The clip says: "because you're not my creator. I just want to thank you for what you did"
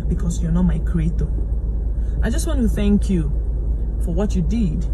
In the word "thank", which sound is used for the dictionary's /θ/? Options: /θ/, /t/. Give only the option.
/θ/